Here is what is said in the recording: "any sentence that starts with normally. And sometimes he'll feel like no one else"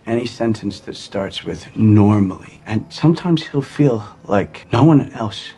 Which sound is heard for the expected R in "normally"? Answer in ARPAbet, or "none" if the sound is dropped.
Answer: R